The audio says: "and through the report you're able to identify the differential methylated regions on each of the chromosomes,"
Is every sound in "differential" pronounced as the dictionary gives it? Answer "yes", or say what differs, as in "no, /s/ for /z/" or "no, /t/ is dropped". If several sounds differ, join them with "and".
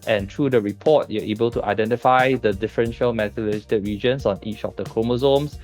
yes